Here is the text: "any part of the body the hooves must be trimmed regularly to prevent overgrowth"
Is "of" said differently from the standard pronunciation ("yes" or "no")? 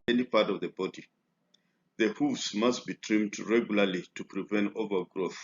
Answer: no